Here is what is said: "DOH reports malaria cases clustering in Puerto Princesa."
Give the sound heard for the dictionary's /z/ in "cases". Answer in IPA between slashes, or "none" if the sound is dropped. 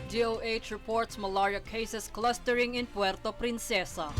/s/